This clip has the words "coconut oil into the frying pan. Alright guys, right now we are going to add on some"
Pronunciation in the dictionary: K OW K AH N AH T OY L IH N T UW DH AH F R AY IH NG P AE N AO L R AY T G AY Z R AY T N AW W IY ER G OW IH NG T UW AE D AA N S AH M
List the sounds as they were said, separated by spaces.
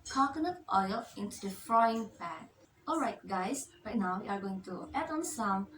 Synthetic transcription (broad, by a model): K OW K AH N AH T OY L IH N T UW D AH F R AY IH NG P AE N AO L R AY T G AY S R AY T N AW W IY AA G OW IH NG T UW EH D AA N S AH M